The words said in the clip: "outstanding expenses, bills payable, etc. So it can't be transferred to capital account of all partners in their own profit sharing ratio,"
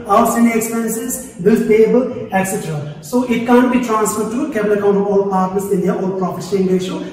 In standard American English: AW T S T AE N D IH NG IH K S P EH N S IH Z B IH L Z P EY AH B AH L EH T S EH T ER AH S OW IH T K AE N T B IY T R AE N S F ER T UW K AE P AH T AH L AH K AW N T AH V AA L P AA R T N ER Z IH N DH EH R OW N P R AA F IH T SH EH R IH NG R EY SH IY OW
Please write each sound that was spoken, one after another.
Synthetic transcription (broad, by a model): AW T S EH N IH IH K S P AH N S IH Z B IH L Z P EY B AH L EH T S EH T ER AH S OW IH T K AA N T B IY T R AE N S F ER T UW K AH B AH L AH K AW N T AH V AA L P AA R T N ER S IH N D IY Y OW L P R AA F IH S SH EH IH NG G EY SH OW